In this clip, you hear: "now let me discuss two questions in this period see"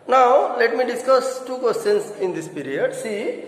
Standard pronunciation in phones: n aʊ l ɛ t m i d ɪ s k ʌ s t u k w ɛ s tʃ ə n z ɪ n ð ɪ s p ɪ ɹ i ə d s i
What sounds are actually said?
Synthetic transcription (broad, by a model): n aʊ l ɛ t m i d ɪ s k ʌ s t u k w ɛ s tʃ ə n s ɪ n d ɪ s p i ɹ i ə d s i